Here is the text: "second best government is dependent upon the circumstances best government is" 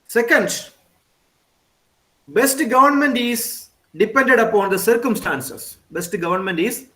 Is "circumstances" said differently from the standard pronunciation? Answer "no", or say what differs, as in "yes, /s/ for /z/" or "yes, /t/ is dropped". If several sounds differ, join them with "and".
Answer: yes, /s/ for /z/